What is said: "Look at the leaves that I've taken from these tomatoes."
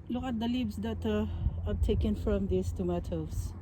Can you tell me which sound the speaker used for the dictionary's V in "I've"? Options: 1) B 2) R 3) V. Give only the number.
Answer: 1